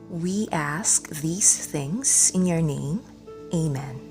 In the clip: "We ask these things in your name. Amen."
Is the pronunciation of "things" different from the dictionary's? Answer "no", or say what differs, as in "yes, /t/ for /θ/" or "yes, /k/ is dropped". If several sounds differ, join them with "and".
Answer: no